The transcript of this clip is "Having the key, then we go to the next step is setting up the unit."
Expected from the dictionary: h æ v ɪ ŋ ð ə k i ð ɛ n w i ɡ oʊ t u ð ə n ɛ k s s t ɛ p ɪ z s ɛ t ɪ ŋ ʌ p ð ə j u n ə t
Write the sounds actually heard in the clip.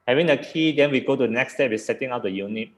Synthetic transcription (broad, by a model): h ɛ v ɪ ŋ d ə k i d ɛ n w i ɡ oʊ t u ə n ɛ k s s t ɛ b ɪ s ɛ t ɪ ŋ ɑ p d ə j u n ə t